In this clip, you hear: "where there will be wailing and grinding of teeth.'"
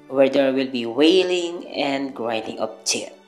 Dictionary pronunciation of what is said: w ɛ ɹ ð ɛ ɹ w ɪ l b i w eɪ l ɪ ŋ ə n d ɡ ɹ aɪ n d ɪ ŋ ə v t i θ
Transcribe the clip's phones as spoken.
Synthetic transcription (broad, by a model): w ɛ ɹ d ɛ ɹ w ɪ l b i w eɪ l ɪ ŋ ə n d ɡ ɹ aɪ n d ɪ ŋ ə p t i